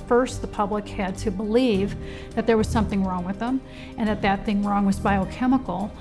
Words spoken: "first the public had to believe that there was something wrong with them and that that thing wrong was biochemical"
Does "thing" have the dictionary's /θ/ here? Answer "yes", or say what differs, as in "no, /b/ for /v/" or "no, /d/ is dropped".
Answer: yes